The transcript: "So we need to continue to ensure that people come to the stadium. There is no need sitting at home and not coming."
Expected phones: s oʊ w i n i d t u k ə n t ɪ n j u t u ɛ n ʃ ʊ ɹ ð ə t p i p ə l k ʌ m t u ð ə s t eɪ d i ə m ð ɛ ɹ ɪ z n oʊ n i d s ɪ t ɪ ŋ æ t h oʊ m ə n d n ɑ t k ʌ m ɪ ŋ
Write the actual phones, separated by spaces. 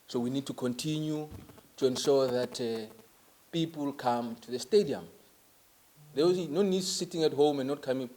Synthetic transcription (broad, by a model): s oʊ w i n i d t u k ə n t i n j u t u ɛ n ʃ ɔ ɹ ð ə t p i p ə l k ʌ m t u ð ə s t eɪ d i ə m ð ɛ w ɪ n oʊ n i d s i t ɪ ŋ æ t h oʊ m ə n n ɑ t k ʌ m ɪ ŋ